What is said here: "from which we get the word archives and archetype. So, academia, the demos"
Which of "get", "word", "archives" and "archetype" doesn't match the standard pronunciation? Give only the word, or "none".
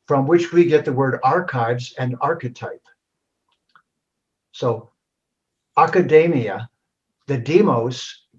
none